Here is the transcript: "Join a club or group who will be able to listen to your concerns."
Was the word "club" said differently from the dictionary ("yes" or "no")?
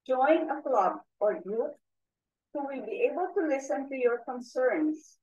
no